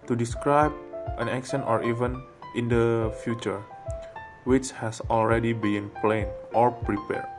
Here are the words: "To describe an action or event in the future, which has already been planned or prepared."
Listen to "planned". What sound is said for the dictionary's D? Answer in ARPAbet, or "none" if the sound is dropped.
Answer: none